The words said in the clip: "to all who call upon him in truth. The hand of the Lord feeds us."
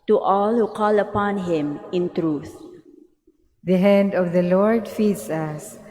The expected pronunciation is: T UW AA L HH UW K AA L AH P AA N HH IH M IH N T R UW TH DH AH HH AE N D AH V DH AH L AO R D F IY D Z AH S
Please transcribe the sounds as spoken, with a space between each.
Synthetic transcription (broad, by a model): T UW AA L HH UW K AA L AH P AA N HH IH M IH N T R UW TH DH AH HH AE N D AH V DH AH L AO R D F IY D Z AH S